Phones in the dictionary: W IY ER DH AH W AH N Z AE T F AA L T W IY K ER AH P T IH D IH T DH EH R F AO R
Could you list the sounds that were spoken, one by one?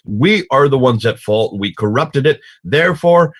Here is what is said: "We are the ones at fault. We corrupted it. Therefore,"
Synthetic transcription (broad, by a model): W IY ER DH AH W AH N Z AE T F AA L T W IY K ER AH P T IH D IH T DH EH R F AO R